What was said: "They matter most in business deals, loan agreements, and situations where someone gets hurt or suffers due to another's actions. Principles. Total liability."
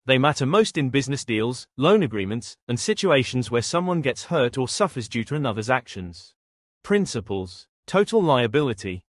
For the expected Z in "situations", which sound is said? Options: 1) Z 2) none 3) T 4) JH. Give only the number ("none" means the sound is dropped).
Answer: 1